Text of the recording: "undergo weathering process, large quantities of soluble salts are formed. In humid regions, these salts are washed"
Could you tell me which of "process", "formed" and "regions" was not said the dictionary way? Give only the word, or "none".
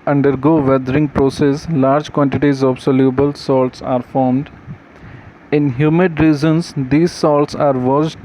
regions